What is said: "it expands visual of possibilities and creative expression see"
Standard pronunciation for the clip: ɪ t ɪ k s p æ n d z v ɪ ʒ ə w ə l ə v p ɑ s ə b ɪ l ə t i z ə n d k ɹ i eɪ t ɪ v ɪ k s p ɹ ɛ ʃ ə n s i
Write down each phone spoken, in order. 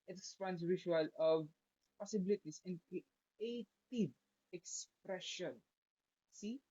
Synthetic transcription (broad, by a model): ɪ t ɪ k s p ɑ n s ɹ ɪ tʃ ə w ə l ə v p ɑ s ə b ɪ l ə t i s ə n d k ɹ i eɪ t ɪ v ɪ k s p ɹ ɛ ʃ ə n s i